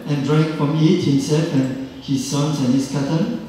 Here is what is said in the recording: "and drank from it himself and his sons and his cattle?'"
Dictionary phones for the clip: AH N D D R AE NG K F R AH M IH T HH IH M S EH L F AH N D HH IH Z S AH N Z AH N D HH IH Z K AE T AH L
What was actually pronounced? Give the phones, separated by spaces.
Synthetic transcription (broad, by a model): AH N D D R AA K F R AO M IH T HH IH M S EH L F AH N HH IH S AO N S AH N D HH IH S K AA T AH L